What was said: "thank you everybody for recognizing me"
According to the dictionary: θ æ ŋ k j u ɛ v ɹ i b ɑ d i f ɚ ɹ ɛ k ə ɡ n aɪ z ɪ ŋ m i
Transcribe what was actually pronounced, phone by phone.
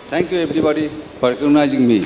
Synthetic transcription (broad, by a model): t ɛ ŋ k j u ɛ b ɹ i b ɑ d i p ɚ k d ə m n aɪ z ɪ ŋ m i